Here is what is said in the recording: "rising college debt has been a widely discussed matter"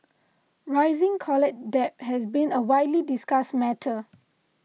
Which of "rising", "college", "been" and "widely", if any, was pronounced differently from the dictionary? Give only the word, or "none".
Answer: college